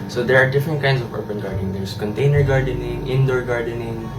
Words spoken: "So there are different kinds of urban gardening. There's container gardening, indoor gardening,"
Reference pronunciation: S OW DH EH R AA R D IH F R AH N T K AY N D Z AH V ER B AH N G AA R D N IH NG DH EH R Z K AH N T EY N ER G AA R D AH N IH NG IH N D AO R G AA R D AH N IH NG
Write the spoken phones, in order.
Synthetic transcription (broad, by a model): S OW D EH R AA R D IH F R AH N T K AY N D S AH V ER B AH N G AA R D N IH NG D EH R S K AH N T EY N ER G AA R D AH N IH NG IH N D AO R G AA R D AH N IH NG